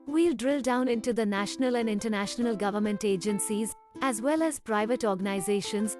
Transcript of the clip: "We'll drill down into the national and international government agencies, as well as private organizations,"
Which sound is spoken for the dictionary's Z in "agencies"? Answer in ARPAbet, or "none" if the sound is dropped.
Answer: Z